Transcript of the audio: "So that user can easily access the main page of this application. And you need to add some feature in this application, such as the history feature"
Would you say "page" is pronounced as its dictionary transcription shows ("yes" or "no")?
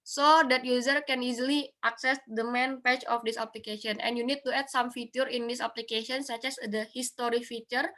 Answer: no